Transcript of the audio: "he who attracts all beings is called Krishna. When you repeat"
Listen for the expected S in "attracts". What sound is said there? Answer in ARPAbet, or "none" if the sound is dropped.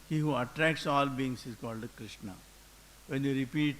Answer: S